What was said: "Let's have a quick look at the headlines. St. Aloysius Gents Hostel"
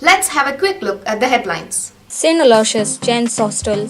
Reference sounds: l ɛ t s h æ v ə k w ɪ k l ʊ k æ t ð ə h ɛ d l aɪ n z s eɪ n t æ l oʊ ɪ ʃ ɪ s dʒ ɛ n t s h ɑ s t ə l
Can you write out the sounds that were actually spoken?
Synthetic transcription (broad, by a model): l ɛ t s h æ v ə k w ɪ k l ʊ k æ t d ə h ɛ d l aɪ n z s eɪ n ʌ l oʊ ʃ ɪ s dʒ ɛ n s h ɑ s t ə l